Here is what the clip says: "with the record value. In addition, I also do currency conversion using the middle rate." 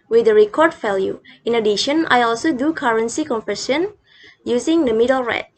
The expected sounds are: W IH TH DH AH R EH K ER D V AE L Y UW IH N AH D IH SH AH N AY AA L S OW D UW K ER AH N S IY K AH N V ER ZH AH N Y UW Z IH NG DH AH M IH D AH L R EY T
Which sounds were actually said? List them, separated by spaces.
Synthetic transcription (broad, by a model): W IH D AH R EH K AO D F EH L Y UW IH N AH D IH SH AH N AY AA L S OW D UW K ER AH N S IY K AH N F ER SH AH N Y UW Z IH NG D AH M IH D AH L R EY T